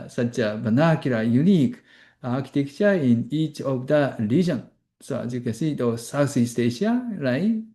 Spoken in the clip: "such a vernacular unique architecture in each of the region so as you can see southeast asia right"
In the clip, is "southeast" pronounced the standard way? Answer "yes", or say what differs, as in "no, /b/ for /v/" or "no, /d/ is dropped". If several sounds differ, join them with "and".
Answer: no, /s/ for /θ/